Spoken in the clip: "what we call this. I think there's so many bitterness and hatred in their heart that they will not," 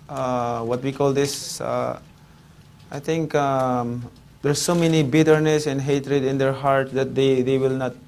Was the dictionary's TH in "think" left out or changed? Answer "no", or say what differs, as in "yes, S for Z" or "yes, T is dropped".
yes, T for TH